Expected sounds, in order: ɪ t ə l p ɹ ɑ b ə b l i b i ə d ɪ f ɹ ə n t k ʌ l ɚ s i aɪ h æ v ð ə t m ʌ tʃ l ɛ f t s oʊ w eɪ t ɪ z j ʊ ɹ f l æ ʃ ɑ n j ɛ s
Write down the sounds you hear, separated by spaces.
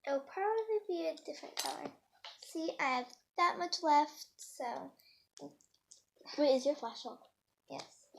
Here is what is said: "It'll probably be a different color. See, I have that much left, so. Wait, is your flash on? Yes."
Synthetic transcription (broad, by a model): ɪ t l p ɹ ɑ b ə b l i b i ə d ɪ f ɹ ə n k ʌ l ɚ s i aɪ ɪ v ð ə t m ʌ tʃ l ɛ f t s oʊ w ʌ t ɪ z j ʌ ɹ f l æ s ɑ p j ɛ s